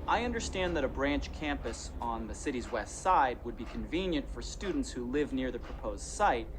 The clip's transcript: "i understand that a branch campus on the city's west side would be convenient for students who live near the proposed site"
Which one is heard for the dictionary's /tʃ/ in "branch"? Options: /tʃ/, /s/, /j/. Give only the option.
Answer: /tʃ/